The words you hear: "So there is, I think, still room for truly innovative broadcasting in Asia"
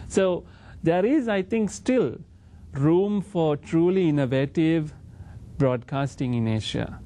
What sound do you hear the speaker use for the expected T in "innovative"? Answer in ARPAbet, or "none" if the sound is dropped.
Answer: T